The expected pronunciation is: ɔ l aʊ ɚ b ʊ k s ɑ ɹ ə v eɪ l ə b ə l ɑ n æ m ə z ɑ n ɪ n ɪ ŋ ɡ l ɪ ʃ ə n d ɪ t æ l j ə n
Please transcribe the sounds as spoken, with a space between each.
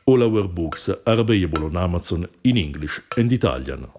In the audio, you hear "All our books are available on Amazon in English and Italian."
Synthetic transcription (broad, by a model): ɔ l aʊ ɚ b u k s ɑ ɹ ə b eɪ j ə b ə l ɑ n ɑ m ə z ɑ n ɪ n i ŋ ɡ l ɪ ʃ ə n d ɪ t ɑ l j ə n